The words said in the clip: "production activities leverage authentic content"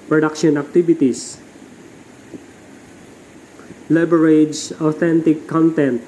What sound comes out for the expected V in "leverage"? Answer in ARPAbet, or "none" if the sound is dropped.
B